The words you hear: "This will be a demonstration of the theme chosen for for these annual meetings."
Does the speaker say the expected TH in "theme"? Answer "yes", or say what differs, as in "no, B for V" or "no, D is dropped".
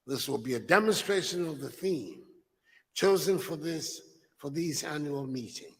yes